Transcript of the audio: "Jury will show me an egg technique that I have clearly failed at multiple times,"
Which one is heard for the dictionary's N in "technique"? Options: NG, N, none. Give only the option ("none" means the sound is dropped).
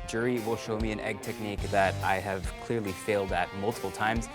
N